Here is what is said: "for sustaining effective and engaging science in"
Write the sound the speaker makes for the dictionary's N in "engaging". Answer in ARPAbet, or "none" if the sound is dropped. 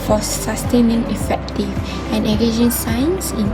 none